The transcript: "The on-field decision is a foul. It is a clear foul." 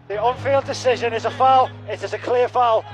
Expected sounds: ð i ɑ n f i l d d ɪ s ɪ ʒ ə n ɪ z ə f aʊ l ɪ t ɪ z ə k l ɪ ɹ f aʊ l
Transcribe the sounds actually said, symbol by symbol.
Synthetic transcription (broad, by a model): ð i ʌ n f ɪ l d d ɪ s ɪ ʒ ə n ɪ z ə f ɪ l ɪ t ɪ z ə k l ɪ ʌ f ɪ l